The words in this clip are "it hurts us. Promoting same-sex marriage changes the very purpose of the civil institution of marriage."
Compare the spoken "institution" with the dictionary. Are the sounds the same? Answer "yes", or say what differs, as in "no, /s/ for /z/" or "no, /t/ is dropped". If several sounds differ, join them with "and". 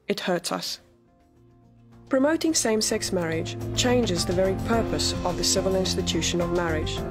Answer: yes